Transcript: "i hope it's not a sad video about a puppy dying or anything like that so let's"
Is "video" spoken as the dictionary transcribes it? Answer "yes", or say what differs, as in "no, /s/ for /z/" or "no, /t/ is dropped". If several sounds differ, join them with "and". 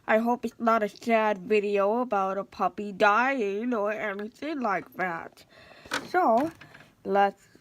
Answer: yes